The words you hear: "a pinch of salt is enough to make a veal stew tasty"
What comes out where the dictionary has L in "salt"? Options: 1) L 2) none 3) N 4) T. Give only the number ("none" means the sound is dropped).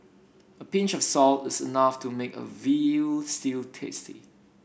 1